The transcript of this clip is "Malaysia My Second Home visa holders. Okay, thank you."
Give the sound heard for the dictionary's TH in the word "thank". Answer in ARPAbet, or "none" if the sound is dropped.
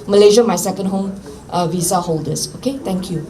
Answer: T